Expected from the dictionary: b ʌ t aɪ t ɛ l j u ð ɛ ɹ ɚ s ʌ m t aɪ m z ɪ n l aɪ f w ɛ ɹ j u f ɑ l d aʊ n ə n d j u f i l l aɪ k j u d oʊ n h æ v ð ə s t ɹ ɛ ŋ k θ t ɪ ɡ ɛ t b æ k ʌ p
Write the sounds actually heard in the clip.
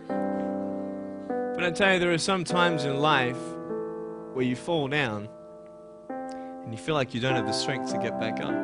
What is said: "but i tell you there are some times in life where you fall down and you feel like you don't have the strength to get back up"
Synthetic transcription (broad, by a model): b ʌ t aɪ t ɛ l j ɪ ð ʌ ɹ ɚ s ʌ m t aɪ m z ɪ n l aɪ f w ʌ ɹ j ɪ f ɑ l d aʊ n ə n j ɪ f i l l aɪ k j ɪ d oʊ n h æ v ð ə s t ɹ ɛ ŋ k θ t ɪ ɡ ɛ t b æ k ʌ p